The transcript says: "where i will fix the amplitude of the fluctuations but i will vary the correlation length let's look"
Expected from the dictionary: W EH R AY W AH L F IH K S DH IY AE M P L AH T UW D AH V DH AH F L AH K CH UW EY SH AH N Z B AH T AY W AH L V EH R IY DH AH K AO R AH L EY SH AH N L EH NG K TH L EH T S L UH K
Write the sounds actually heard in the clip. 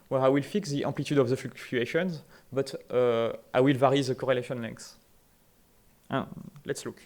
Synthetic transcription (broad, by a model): W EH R AY W AH L F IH K S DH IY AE P L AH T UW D AH V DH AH F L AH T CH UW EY SH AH N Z B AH T AY W AH L V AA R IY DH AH K AO R AH L EY SH AH N L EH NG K S L EH T S L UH K